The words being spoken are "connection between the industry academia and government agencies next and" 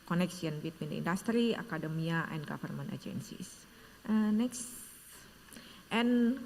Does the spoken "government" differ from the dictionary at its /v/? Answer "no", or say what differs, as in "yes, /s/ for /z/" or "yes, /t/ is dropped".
yes, /f/ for /v/